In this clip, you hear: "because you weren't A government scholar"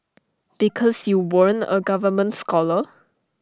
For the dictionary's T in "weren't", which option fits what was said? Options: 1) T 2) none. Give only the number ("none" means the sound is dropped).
2